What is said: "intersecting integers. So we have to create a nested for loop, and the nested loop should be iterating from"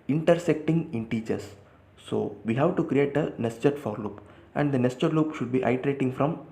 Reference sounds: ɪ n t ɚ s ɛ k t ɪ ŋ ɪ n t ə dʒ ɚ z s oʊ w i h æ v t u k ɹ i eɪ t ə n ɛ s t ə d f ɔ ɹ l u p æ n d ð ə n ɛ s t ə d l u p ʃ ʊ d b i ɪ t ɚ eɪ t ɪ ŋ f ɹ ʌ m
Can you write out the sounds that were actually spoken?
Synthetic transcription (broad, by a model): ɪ n t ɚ s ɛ k t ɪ ŋ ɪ n t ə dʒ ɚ s oʊ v i h æ v t u k ɹ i eɪ t ə n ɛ s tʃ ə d f ɔ ɹ l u p æ n d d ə n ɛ s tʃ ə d l u p ʃ ʊ d b i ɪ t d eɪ t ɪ ŋ f ɹ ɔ m